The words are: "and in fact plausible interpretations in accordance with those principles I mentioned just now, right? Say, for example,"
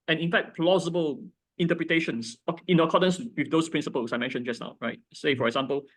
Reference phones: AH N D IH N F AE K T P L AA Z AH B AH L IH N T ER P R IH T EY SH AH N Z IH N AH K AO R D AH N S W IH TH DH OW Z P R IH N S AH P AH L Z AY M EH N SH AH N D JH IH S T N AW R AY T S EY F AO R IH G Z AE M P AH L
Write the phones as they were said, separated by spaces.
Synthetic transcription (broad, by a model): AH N IH N F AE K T P L AA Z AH B AH L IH N T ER P R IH T EY SH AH N S IH N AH K AO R D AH N S W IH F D OW S P R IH N S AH P AH L S AY M EH N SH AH N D JH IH S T N AW R AY T S EY F AO R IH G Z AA M P AH L